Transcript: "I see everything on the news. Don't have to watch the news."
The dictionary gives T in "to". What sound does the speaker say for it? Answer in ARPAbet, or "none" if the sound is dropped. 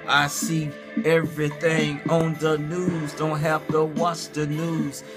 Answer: T